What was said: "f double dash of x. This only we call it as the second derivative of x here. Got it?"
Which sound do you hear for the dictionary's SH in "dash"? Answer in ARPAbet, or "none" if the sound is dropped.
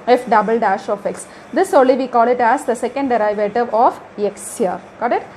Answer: SH